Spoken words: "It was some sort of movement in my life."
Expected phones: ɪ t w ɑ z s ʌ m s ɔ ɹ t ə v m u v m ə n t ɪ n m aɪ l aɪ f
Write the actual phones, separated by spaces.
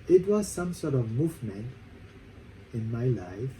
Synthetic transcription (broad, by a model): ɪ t w ɑ z s ʌ m s ɔ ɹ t ə v m u v m ə n t ɪ n m aɪ l aɪ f